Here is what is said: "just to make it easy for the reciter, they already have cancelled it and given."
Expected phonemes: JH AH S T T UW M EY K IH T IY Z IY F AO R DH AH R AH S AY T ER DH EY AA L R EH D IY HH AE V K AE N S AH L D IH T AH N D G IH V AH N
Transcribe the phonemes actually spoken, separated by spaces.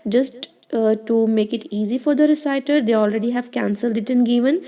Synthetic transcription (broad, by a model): JH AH S T T UW M EY K IH T IY Z IY F AO R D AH R AH S AY T ER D EY AA L R EH D IY HH AE V K AE N S AH L D IH T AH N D G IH V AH N